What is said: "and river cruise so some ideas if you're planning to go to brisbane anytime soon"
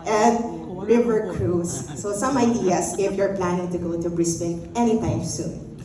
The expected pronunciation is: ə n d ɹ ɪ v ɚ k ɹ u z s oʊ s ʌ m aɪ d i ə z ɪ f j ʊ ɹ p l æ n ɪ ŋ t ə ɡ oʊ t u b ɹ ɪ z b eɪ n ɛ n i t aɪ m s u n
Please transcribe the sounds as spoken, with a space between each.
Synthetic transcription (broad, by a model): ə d ɹ ɪ v ɚ k ɹ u s oʊ s ʌ m aɪ d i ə s ɪ f j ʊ ɹ p l æ n ɪ ŋ t ə ɡ oʊ t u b ɹ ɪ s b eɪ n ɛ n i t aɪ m s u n